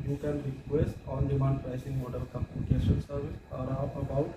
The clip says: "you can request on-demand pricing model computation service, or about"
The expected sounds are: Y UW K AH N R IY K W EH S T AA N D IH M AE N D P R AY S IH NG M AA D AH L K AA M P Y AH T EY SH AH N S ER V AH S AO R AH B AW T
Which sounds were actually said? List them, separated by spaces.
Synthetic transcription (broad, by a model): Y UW K AH N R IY K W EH S T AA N D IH M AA N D P R AY S IH NG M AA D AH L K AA P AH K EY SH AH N S ER V AH S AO R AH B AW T